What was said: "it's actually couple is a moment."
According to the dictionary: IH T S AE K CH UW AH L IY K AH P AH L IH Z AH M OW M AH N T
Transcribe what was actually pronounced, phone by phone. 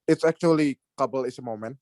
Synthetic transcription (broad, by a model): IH T S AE K CH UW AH L IY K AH B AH L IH S AH M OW M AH N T